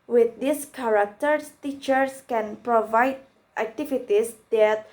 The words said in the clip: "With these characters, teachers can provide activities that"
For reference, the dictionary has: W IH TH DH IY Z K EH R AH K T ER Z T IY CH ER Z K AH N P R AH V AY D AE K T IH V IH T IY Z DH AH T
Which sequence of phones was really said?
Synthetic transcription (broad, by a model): W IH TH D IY S K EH R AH K T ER S T IY CH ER S K AH N P R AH V AY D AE K T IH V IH T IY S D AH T